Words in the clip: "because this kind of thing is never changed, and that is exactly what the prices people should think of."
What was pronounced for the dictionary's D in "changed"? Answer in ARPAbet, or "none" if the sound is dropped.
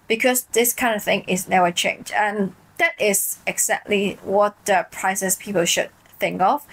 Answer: none